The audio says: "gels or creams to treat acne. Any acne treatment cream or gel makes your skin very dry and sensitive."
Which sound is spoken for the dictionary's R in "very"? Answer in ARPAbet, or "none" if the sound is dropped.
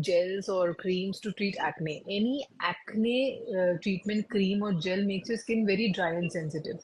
R